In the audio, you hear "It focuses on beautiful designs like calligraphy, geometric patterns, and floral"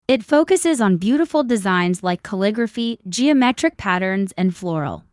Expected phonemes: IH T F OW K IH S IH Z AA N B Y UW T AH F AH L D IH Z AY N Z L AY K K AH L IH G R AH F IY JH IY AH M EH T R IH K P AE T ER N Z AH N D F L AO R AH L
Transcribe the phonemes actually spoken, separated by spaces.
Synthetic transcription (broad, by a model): IH T F OW K IH S IH Z N B Y UW T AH F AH L D IH Z AY N Z L AY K K AH L IH G R AH F IY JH IY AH M EH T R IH K P AE T ER N Z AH N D F L AO R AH L